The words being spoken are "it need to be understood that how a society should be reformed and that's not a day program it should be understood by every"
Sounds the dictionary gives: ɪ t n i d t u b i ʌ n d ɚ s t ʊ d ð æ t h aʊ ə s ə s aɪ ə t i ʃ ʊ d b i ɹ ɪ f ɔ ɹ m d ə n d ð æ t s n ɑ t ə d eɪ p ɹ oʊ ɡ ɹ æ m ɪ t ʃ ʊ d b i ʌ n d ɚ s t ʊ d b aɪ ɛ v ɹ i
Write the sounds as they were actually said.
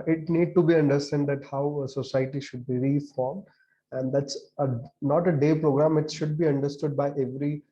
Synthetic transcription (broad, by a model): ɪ t n i d t u b i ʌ n d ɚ s t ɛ d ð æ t h aʊ ə s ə s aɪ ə t i ʃ ʊ d b i ɹ ɪ f ɔ ɹ m d ə n d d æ t s n ɑ t ə d eɪ p ɹ oʊ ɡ ɹ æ m ɪ t ʃ ʊ d b i ʌ n d ɚ s t ʊ d b aɪ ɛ v ɹ i